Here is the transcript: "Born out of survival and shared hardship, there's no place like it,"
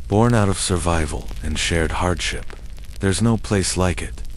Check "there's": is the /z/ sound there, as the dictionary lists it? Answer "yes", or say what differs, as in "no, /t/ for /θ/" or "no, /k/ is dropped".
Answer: yes